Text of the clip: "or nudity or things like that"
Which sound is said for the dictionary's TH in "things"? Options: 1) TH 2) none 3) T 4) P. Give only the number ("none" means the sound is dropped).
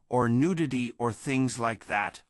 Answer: 1